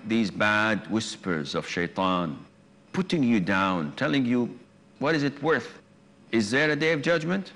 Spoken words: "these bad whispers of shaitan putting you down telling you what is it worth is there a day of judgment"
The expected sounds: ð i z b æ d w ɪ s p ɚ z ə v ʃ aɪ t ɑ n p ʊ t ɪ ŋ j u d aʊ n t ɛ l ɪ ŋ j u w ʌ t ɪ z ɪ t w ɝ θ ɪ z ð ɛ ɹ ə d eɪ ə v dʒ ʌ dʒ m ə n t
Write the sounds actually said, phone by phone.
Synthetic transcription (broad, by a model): ð i z b æ d w ɪ s p ɚ z ə v ʃ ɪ t ɑ n p ʊ t ɪ ŋ j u d aʊ n t ɛ l ɪ ŋ j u w ʌ t ɪ z ɪ t w ɝ θ ɪ z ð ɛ ɹ ə d eɪ ə v dʒ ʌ dʒ m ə n t